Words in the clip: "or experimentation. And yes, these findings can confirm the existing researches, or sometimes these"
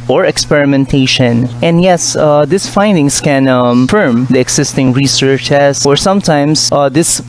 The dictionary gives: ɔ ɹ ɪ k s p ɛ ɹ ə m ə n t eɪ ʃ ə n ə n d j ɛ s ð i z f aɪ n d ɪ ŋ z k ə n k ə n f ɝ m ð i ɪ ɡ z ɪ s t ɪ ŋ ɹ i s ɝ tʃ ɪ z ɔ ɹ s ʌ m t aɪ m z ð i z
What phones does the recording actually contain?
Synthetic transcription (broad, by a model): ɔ ɹ ɪ k s p ɛ ɹ ə m ə n t eɪ ʃ ə n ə n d j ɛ s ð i s f aɪ n d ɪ ŋ s k ə n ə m f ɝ m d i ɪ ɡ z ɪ s t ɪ ŋ ɹ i s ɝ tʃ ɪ s ɔ ɹ s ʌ m t aɪ m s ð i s